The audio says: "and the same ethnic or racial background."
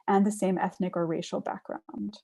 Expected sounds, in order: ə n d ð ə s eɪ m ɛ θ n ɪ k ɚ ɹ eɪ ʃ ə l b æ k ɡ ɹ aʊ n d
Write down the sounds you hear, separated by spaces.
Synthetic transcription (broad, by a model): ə n ð ə s eɪ m ɛ θ n ɪ k ɚ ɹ eɪ ʃ l b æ k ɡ ɹ aʊ n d